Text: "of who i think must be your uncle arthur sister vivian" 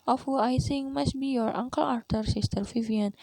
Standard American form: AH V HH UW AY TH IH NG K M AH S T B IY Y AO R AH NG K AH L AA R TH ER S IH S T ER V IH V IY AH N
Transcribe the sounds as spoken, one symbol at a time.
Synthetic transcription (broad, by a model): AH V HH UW AY S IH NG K M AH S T B IY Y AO R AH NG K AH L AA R T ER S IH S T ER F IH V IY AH N